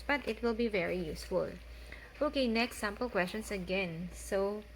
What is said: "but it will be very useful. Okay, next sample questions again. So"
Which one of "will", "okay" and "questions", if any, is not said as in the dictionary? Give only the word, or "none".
questions